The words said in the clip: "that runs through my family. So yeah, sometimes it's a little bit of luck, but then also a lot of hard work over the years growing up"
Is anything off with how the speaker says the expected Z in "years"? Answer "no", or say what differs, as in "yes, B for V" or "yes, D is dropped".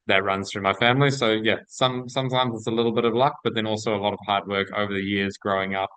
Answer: no